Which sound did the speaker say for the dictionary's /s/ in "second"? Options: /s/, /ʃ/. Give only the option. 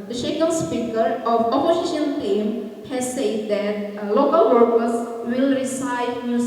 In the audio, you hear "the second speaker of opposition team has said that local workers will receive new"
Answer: /ʃ/